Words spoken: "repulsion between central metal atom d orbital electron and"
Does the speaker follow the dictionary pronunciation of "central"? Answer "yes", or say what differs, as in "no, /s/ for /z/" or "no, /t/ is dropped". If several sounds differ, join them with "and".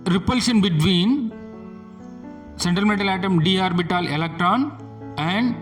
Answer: no, /ɹ/ is dropped